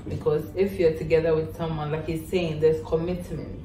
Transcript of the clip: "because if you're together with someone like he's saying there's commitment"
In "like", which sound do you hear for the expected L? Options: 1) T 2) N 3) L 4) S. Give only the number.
3